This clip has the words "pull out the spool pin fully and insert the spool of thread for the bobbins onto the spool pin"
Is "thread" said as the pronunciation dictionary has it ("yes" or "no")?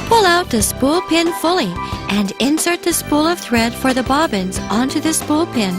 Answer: yes